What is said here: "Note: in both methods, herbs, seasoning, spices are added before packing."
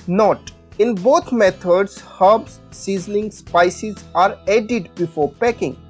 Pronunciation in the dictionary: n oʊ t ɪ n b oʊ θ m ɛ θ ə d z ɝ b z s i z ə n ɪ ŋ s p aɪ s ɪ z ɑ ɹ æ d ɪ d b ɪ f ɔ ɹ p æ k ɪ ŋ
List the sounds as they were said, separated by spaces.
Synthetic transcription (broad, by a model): n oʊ t ɪ n b oʊ t m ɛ t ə d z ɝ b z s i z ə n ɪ ŋ s p aɪ s ɪ z ɑ ɹ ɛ d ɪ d b ɪ f ɔ ɹ p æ k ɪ ŋ